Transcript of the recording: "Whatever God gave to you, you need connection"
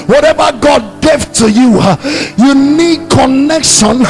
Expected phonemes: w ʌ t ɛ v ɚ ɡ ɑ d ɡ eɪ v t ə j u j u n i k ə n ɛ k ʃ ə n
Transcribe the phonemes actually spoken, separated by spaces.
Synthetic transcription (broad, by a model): w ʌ t ɛ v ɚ ɡ ɑ d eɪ f t ə j u j u n i k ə n ɛ k ʃ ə n